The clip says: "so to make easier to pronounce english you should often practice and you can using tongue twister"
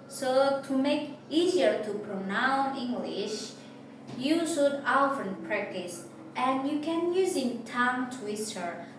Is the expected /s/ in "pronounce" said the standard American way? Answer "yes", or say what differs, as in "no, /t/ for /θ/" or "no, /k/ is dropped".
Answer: no, /s/ is dropped